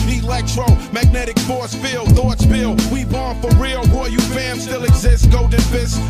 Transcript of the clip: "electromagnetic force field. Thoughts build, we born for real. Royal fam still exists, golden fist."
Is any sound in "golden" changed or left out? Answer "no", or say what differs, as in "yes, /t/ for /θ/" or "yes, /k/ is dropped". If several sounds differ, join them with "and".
yes, /l/ is dropped